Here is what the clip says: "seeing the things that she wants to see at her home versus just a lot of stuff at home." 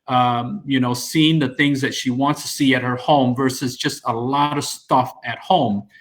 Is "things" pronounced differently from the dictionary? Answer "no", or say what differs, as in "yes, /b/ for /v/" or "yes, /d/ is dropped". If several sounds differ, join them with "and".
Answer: no